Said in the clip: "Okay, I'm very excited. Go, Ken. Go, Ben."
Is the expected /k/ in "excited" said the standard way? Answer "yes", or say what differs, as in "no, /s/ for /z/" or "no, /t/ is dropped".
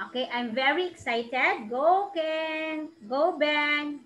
yes